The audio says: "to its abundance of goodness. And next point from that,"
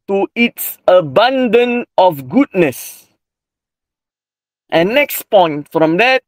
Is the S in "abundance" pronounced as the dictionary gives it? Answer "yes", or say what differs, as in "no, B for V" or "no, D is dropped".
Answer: no, S is dropped